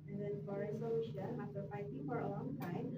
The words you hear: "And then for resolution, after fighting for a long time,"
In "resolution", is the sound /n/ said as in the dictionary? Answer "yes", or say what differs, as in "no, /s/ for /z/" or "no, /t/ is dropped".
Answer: no, /n/ is dropped